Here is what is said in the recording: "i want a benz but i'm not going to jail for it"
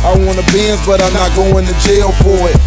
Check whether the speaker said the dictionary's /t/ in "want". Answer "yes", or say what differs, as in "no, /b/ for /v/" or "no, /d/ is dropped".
no, /t/ is dropped